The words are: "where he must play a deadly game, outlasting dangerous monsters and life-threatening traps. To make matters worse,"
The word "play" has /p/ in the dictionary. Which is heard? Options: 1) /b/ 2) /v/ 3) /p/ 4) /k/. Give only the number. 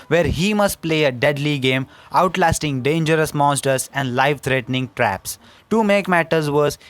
3